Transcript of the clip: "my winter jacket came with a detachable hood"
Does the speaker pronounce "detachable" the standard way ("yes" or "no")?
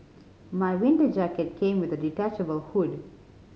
yes